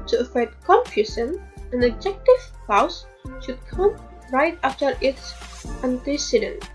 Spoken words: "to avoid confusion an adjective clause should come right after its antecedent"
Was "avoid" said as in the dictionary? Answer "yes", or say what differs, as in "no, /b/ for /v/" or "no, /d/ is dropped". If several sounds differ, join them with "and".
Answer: no, /f/ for /v/